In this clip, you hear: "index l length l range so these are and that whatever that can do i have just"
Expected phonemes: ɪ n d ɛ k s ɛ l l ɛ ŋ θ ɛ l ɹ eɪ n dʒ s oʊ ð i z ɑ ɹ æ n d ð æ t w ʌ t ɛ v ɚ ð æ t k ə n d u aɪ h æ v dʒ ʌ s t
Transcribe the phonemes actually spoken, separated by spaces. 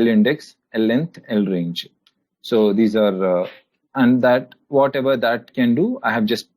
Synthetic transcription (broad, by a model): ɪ n d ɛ k s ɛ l l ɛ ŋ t ɛ l ɹ eɪ n dʒ s oʊ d i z ɑ ɹ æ n d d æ t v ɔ t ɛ v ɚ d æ t k ə n d u aɪ h æ v dʒ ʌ s t